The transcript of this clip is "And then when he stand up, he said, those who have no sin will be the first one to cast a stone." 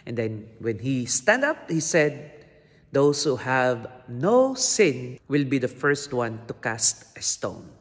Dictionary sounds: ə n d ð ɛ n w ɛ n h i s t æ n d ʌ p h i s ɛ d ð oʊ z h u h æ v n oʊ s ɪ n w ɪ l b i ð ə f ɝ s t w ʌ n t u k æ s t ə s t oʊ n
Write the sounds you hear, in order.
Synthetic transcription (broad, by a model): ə n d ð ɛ n w ɛ n h i s t æ n d ʌ p h i s ɛ d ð oʊ s h u h æ v n oʊ s ɪ n w ɪ l b i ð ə f ɝ s t w ʌ n t u k æ s t ə s t oʊ n